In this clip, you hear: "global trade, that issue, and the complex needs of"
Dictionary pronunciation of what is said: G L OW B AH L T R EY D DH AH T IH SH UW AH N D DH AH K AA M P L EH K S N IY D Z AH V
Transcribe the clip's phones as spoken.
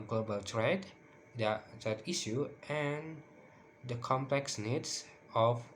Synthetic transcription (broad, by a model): G L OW B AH L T R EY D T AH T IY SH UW AH N D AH K AA M P L EH K S N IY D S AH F